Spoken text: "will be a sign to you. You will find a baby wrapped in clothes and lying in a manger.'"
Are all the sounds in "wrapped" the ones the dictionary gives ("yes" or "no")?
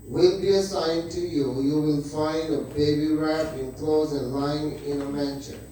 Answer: no